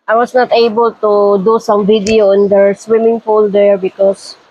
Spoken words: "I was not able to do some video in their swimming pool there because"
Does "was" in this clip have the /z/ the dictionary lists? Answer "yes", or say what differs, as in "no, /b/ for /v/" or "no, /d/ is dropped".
no, /s/ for /z/